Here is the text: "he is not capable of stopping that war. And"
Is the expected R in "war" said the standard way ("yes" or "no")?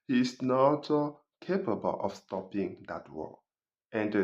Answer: no